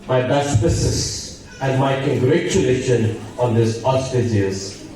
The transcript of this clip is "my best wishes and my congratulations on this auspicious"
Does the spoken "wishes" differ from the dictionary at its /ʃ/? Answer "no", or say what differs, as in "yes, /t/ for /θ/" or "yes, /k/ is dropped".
yes, /s/ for /ʃ/